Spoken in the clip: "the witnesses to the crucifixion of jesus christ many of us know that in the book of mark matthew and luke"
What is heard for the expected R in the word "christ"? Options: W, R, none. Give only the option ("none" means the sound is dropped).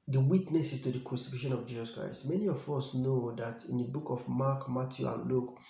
R